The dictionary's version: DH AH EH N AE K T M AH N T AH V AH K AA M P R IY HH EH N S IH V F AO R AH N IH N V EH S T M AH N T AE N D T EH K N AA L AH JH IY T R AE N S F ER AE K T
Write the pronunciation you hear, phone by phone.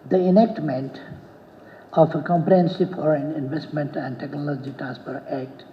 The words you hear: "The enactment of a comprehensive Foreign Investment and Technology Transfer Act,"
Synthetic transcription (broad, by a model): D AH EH N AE K T M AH N T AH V AH K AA M P R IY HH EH N S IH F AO R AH N IH N V EH S T M AH N T AE N D T EH K N AA L AH JH IY T R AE N S P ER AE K T